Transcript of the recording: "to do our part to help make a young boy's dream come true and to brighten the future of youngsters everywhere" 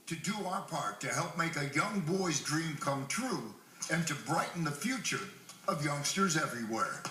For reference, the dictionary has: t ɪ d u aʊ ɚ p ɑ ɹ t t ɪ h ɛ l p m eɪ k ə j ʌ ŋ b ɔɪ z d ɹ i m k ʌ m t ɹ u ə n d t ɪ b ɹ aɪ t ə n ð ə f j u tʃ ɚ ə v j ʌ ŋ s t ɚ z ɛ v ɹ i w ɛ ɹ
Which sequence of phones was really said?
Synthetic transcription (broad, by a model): t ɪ d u aʊ ɚ p ɑ ɹ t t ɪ h ɛ l p m eɪ k ə j ʌ ŋ b ɔɪ z d ɹ i m k ʌ m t ɹ u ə n t ɪ b ɹ aɪ t n ð ə f j u tʃ ɚ ə v j ʌ ŋ s t ɚ z ɛ v ɹ i w ɛ ɹ